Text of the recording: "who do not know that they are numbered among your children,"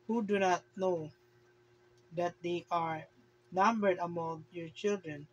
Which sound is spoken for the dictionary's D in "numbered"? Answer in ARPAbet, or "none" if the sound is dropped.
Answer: D